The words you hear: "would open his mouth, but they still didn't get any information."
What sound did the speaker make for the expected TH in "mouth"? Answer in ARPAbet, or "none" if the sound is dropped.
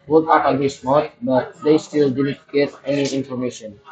T